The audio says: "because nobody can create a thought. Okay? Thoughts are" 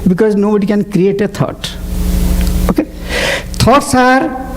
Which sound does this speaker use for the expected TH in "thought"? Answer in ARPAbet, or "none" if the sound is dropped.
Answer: T